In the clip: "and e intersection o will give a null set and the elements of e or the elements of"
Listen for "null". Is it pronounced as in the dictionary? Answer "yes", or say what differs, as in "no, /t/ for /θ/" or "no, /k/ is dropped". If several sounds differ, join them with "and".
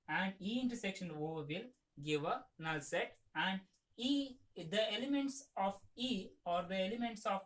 yes